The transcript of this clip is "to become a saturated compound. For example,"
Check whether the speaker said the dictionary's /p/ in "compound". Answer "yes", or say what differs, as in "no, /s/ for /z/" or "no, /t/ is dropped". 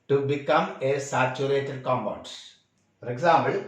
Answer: no, /b/ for /p/